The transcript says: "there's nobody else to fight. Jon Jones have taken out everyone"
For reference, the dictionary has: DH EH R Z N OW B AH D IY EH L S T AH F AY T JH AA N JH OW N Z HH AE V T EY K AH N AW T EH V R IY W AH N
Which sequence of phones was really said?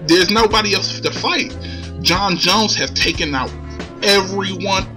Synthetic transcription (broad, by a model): DH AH R Z N OW B AH D IY EH L S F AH F AY T JH AA N JH OW N Z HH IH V T EY K AH N AW T EH V R IY W AH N